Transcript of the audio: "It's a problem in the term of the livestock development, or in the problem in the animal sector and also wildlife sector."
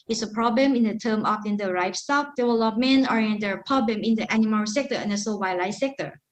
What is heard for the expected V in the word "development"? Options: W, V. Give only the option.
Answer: W